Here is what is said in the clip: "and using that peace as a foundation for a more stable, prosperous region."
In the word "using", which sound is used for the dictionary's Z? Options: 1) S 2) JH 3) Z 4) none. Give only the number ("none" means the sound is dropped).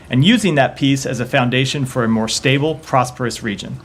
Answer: 3